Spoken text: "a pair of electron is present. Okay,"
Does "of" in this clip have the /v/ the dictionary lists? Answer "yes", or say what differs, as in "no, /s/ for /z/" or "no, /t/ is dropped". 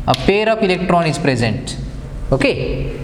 no, /p/ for /v/